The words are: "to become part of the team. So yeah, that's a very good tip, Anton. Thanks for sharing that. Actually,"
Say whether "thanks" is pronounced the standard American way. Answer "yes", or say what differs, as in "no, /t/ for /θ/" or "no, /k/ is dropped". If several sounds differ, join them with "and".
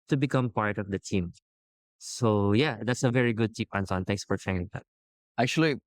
no, /t/ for /θ/